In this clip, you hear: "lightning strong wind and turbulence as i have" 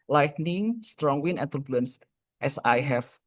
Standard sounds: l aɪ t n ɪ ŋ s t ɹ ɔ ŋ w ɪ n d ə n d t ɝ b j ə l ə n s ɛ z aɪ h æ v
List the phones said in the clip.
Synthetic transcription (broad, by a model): l aɪ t n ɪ ŋ s t ɹ ɔ ŋ w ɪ n ə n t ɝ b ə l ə n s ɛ s aɪ h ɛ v